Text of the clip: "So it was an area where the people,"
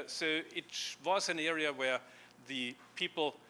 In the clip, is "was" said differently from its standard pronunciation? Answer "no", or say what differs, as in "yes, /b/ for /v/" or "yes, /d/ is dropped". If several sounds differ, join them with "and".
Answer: no